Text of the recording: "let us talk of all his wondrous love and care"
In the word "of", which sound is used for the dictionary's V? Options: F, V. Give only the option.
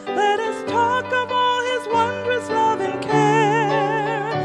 V